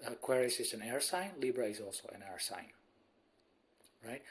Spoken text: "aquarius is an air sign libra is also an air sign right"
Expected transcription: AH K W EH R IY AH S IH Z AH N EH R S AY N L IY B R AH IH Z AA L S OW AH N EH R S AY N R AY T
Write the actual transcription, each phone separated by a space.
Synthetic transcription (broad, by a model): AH K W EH R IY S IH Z AH N EH R S AY N L IY B R AH IH Z AA L S OW AH N EH R S AY N R AY T